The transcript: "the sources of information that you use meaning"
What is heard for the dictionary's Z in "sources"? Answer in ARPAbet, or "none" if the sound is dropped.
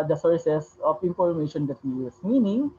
S